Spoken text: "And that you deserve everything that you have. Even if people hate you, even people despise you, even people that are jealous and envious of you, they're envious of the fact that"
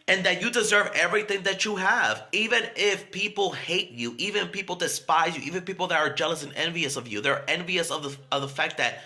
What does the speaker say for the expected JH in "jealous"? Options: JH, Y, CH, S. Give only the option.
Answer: JH